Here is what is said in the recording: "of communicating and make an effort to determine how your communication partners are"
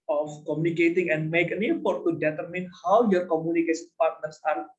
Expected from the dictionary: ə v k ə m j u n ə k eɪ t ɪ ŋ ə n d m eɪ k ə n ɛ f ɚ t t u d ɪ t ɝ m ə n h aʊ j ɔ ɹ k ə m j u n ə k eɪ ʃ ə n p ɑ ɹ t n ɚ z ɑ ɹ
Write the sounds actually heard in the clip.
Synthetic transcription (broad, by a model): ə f k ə m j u n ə k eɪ t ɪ ŋ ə n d m eɪ k ə n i p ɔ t t u d ɪ t ɝ m ə n h aʊ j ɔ ɹ k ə m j u n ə k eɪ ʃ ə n p ɑ ɹ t n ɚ s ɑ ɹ